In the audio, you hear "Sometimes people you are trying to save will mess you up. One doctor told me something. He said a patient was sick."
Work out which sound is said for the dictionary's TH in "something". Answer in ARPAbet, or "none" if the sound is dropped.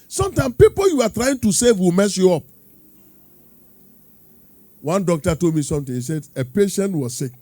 T